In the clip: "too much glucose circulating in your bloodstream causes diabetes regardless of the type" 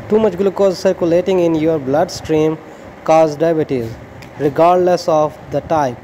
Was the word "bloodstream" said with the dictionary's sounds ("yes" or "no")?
yes